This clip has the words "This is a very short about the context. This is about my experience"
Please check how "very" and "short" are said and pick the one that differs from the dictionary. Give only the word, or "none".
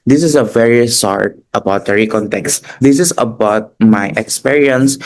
short